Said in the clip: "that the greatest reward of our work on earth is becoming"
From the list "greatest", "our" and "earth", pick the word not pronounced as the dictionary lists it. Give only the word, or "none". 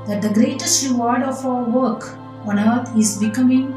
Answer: earth